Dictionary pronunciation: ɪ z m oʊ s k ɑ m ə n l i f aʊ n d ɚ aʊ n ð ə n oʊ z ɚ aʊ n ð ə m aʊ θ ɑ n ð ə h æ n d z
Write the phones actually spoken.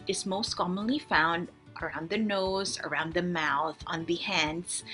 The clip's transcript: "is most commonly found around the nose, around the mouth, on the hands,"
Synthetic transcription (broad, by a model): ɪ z m oʊ s k ɑ m ə n l i f aʊ n d ɚ aʊ n ð ə n oʊ z ɚ aʊ n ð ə m aʊ θ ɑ n ð ə h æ n d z